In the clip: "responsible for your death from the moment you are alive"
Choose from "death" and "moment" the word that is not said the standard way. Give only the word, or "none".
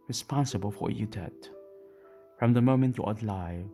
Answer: death